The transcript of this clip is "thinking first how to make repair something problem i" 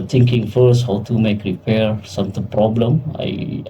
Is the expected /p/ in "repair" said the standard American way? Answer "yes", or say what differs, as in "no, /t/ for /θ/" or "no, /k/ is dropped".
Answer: yes